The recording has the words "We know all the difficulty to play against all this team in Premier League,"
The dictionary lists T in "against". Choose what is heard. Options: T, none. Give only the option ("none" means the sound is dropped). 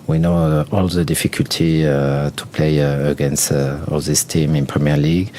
T